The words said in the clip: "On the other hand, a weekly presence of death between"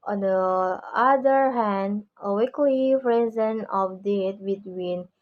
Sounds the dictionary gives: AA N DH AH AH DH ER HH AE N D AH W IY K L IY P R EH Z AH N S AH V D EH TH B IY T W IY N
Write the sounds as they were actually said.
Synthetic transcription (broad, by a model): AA N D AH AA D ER HH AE N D AH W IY K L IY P R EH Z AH N AH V D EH T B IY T W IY N